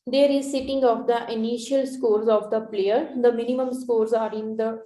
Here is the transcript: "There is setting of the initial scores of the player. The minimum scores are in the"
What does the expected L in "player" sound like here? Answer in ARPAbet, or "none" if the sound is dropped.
L